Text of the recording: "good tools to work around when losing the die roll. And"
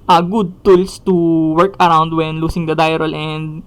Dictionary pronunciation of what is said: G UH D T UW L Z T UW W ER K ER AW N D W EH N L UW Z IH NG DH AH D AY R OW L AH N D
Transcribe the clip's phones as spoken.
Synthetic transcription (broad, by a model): G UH D T UW L S T UW W ER K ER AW N D W EH N L UW S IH NG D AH D AY R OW L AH N D